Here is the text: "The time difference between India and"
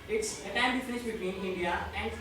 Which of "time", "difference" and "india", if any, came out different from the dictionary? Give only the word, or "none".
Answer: difference